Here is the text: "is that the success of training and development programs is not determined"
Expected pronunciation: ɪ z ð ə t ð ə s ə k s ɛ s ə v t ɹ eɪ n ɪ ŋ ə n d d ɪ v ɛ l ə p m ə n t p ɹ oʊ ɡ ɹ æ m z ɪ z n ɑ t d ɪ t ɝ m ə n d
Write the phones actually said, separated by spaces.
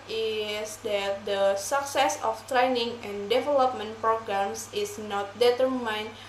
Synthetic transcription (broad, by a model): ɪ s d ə t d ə s ə k s ɛ s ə f t ɹ eɪ n ɪ ŋ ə n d d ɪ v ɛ l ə p m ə n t p ɹ oʊ ɡ ɹ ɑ m s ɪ s n ɑ t d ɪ t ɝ m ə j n